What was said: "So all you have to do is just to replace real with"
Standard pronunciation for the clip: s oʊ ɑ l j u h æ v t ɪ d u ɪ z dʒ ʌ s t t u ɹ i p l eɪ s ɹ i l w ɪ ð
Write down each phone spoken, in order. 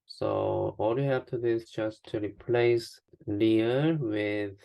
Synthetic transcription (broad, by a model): s oʊ ɑ l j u h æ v t ɪ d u ɪ z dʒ ʌ s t t u ɹ i p l eɪ s l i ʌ w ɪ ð